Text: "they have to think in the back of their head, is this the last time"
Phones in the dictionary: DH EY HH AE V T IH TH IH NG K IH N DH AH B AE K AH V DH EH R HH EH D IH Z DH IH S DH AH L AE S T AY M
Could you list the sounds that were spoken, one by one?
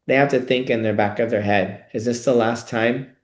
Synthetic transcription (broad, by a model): DH EY HH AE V T IH TH IH NG K IH N DH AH B AE K AH V DH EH R HH EH D IH Z DH IH S DH AH L AE S T AY M